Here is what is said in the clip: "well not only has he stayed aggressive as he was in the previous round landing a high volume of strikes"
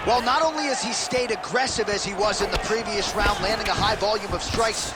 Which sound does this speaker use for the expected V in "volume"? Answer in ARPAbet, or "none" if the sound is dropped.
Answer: V